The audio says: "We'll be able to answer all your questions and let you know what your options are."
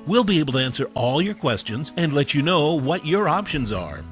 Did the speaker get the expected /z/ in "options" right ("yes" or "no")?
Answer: yes